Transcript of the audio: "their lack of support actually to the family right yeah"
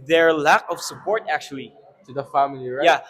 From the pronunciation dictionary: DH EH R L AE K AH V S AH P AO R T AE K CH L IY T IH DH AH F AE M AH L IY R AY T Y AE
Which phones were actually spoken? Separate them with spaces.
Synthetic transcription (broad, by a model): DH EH R L AE K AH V S AH P AO R T AE K CH L IY T IH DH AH F AE M AH L IY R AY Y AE